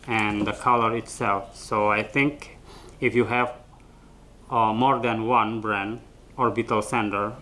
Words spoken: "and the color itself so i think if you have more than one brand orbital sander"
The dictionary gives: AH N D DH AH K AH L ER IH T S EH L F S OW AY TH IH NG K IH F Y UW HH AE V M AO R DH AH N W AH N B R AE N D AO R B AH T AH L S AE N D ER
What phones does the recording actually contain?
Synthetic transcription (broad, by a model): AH N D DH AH K AH L ER IH T S EH L F S OW AY TH IH NG K IH F Y UW HH AE V M AO R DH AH N W AH N B R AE N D AO R B AH T AH L S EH N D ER